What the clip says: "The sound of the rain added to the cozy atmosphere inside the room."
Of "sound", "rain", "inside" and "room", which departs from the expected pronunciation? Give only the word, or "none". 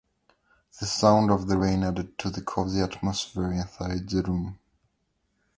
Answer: inside